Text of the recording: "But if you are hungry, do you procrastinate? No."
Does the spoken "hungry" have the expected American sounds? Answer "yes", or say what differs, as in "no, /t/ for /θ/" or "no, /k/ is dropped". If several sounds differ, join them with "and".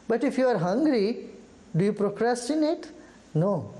yes